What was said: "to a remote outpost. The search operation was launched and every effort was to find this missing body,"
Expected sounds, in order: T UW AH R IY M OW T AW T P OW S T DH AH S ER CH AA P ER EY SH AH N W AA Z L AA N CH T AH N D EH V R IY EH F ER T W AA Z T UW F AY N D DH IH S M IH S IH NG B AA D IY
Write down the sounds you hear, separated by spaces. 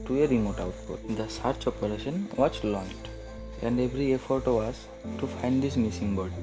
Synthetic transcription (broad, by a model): T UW AH R IY M OW T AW T P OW T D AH S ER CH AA P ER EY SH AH N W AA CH L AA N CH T AH N D EH V R IY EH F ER T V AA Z T UW F AY N D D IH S M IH S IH NG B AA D